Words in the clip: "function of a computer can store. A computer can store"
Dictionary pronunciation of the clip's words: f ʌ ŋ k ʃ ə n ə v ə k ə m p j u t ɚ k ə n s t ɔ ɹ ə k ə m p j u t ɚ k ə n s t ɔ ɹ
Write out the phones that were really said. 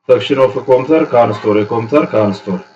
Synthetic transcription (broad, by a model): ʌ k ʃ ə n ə f ə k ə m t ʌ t k ə n s t ɔ ɹ ə k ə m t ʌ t k ə n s t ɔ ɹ